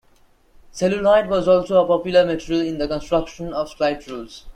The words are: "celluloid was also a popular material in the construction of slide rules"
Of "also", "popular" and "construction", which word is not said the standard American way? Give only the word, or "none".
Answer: none